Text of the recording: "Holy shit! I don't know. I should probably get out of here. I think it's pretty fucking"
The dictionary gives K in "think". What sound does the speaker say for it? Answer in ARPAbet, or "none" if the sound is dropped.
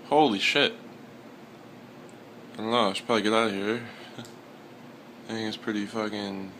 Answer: none